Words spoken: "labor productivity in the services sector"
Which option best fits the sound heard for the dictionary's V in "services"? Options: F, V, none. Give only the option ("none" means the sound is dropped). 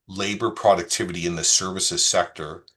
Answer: V